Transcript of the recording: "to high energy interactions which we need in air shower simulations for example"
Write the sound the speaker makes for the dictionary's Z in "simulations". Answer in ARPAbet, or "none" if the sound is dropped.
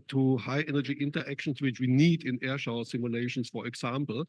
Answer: S